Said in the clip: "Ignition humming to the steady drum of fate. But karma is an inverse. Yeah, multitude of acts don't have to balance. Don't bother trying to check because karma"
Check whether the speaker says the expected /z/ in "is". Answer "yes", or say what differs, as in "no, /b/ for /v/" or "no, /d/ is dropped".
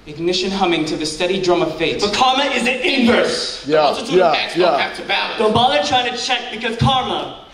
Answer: yes